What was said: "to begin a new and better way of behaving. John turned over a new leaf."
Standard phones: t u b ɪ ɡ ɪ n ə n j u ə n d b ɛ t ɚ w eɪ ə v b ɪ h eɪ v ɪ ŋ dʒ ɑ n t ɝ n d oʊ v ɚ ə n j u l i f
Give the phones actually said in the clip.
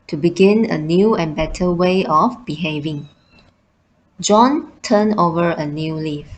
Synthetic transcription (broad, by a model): t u b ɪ ɡ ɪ n ə n j u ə n b ɛ t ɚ w eɪ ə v b ɪ h eɪ v ɪ ŋ dʒ ɑ n t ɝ n oʊ v ɚ ə n j u l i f